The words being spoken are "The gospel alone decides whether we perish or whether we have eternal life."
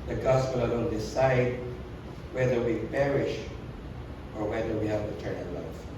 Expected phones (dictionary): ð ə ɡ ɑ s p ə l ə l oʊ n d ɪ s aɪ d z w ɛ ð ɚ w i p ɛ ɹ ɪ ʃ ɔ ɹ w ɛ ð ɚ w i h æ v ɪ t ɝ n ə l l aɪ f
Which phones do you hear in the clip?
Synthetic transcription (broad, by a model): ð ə ɡ ɑ s p ə l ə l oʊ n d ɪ s aɪ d w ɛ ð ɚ w i p ɛ ɹ ɪ ʃ ɔ ɹ w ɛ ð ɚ w i h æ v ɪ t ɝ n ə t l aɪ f